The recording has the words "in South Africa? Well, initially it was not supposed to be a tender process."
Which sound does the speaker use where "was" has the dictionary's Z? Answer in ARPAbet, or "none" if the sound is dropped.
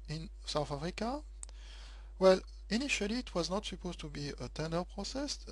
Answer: Z